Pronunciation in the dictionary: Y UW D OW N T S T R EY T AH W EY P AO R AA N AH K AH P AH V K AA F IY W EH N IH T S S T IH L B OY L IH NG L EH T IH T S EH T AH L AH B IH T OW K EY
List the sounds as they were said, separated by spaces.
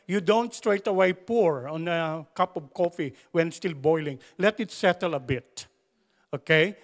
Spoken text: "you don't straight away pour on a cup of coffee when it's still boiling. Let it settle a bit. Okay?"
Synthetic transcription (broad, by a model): Y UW D OW N T S T R EY T AH W EY P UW R AA N AH K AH P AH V K AA F IY W EH N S S T IH L B OY L IH NG L EH T IH T S EH T AH L AH B IH T OW K EY